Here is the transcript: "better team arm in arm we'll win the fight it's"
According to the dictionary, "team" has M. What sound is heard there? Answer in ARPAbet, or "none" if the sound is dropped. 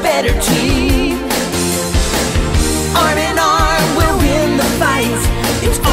none